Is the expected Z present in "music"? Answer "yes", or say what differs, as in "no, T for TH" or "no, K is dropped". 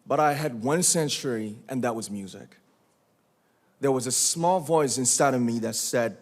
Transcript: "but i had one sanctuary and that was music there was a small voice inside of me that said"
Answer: yes